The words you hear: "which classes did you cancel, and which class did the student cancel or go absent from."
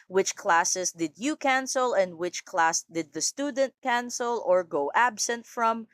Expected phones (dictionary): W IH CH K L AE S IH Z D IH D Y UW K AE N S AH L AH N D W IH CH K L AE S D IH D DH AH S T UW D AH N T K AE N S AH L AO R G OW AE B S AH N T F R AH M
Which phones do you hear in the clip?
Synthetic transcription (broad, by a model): W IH CH K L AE S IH S D IH D Y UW K AE N S AH L AH N D W IH CH K L AE S D IH D DH AH S T UW D AH N T K AE N S AH L AO R G OW AE B S AH N T F R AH M